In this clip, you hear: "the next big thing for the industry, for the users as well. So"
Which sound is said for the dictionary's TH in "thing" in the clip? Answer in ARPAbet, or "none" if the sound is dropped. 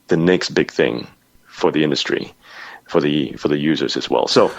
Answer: TH